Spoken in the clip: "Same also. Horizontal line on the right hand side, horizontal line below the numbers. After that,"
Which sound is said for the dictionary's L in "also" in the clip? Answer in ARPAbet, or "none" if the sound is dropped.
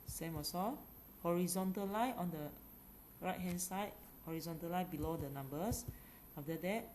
none